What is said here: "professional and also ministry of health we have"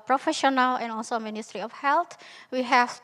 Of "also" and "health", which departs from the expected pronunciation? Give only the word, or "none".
health